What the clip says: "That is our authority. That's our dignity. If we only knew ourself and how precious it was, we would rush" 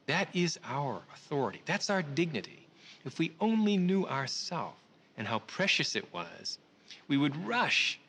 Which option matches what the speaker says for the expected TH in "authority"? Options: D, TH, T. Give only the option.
TH